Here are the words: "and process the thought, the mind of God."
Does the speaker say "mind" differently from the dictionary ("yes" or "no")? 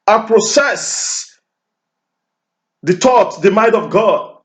yes